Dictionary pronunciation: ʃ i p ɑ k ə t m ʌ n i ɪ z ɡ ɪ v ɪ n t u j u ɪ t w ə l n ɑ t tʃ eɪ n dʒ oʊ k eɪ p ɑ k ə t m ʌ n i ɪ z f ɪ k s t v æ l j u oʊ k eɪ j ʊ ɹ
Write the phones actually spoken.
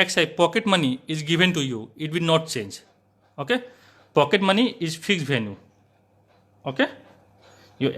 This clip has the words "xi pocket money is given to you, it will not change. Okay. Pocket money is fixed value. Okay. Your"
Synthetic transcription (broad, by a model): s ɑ p ɑ k ə t m ʌ n i ɪ z ɡ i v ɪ n t u j u ɪ t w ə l n ɑ t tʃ eɪ n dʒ oʊ k eɪ p ɑ k ə t m ʌ n i ɪ z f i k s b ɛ n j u oʊ k eɪ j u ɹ